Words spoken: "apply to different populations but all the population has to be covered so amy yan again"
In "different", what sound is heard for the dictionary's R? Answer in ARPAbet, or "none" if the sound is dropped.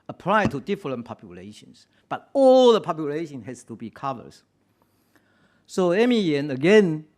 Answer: L